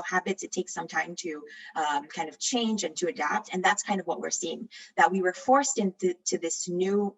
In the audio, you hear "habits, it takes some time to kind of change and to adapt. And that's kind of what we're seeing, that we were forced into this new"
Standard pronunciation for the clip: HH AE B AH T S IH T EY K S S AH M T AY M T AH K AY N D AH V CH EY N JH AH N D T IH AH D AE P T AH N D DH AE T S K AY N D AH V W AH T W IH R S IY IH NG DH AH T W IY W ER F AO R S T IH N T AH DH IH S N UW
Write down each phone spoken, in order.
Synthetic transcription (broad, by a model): HH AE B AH T IH T EY K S S AH M T AY M T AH K AY N D AH V CH EY N JH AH N T IH AH D AE P T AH N DH AE T S K AY N D AH V W AH T W IH R S IY IH NG DH AH T W IY W ER F AO R S T IH N T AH DH IH S N UW